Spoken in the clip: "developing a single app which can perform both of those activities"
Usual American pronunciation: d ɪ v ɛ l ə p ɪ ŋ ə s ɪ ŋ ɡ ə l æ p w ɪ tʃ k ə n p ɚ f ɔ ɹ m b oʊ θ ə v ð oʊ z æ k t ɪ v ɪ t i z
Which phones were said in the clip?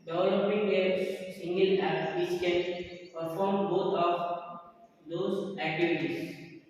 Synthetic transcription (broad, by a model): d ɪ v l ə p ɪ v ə s ɪ ŋ ɡ ə l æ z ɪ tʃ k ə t p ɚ f ɔ ɹ m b oʊ t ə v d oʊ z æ k t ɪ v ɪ t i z